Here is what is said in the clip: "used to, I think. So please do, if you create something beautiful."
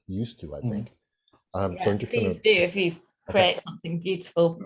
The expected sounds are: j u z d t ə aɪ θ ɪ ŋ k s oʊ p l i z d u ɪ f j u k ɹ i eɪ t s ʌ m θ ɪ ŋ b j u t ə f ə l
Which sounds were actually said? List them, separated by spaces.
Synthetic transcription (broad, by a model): j u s t ə aɪ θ ɪ ŋ k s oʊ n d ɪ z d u ɪ f j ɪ k ɹ i eɪ t s ʌ m θ ɪ ŋ b j u t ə f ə l